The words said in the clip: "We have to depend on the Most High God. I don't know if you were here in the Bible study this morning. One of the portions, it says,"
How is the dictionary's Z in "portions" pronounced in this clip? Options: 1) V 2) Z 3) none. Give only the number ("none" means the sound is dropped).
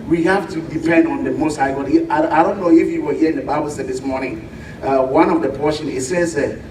3